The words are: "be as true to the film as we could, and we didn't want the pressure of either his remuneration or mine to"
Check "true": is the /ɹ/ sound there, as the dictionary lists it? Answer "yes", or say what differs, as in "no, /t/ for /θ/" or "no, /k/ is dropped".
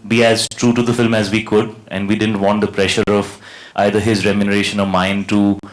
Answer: yes